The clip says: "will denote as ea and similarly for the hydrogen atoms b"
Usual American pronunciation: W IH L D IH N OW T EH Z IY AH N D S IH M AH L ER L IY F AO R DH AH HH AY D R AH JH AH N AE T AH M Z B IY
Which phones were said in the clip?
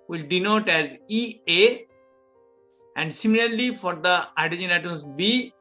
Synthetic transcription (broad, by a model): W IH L D IH N OW T EH Z IY AH N D S IH M AH L ER L IY F AO R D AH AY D AH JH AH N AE T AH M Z B IY